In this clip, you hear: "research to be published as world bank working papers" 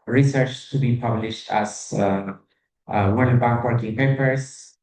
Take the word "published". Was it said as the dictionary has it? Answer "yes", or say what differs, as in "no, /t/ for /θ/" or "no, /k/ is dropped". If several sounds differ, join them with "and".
yes